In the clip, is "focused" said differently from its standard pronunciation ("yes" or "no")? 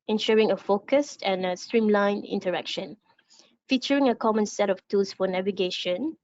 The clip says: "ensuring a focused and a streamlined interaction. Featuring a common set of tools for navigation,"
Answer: no